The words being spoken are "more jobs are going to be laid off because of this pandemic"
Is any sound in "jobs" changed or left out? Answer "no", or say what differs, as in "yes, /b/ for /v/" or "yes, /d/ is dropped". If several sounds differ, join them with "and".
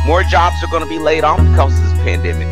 no